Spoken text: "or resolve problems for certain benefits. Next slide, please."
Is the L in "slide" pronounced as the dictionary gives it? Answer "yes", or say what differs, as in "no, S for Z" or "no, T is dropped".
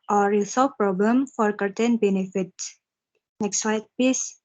no, L is dropped